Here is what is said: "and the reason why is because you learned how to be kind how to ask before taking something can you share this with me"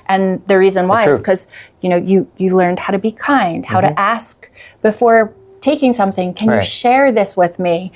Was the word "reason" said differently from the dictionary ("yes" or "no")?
no